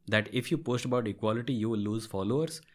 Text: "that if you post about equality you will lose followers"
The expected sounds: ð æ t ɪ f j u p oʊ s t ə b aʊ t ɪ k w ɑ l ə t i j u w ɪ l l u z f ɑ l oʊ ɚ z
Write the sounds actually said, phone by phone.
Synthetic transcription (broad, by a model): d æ t ɪ f j u p oʊ s t ə b aʊ t ɪ k w ɑ l ə t i j u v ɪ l l u z f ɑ l oʊ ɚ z